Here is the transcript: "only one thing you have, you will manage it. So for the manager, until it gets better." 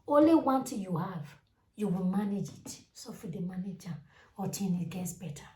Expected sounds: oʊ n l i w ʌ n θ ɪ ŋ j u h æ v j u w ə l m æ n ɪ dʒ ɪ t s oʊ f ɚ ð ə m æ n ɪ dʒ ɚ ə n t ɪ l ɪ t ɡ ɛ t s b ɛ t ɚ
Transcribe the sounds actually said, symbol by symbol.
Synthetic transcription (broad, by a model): oʊ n l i w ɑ n t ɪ j u h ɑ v j u w ə l m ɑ n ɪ dʒ ɪ t s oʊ f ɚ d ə m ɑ n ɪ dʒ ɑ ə t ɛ n ɪ t ɡ ɛ t s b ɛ t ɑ